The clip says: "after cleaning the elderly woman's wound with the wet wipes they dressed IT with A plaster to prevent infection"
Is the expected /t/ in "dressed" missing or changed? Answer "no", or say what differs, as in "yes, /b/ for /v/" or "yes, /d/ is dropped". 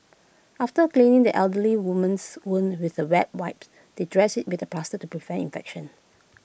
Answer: yes, /t/ is dropped